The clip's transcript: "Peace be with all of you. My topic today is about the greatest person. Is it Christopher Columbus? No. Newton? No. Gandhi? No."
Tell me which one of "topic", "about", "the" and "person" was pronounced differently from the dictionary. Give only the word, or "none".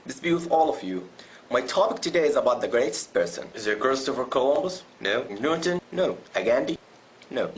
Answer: none